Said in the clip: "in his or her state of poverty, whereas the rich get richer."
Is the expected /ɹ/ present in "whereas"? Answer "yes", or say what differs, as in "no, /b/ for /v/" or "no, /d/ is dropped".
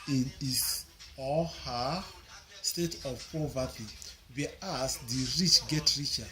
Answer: no, /ɹ/ is dropped